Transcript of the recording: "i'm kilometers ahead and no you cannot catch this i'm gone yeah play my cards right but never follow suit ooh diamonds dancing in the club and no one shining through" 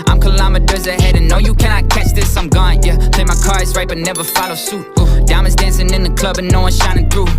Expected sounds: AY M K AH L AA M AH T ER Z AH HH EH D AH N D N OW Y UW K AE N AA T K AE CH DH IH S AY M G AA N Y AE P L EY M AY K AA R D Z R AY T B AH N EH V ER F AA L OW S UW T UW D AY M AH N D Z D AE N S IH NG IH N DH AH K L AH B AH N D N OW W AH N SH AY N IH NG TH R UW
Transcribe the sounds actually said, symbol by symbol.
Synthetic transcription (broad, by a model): AY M K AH L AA M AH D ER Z AH HH EH D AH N N OW Y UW K AE N AA T K AE CH DH IH S AY M G AA N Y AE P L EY M AY K AA R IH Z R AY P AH N EH V ER F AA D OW S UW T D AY AH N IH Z D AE N S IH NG IH N DH AH K L AH B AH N N OW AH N SH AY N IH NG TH R UW